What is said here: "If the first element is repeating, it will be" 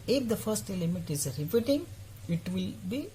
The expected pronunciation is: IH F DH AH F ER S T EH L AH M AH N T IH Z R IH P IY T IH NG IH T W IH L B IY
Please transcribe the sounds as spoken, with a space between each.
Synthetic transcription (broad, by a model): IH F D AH F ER S T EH L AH M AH T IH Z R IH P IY T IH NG IH T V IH L B IY